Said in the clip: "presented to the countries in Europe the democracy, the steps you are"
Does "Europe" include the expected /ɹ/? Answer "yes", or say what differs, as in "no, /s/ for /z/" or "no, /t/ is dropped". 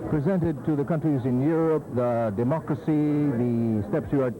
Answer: yes